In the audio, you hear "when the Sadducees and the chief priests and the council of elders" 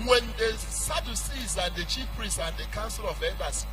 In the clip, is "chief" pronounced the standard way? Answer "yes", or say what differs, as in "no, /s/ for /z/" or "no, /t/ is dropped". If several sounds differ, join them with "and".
yes